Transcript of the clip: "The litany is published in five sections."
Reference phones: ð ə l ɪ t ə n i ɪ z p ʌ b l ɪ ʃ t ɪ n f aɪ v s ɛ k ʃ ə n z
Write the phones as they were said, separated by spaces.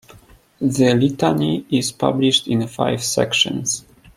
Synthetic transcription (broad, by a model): ð ə l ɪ t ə n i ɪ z p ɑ b l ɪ ʃ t ɪ n f aɪ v s ɛ k ʃ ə n s